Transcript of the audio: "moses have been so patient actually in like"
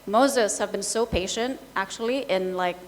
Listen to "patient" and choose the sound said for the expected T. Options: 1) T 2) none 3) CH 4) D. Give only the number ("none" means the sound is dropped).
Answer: 1